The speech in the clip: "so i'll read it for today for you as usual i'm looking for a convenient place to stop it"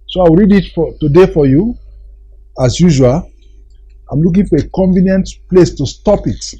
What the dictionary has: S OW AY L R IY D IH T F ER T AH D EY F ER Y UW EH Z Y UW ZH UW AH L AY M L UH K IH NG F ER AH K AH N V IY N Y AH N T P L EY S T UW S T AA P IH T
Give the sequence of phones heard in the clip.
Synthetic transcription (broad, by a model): S OW AY W R IY D IH T F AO T AH D EY F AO Y UW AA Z Y UW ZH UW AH L AY M L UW K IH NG F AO AH K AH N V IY N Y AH N T P L EY S T UW S T AA P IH T